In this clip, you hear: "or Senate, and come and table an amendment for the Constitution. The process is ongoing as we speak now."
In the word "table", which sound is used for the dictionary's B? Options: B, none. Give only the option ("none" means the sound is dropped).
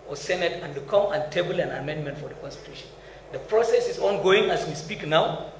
B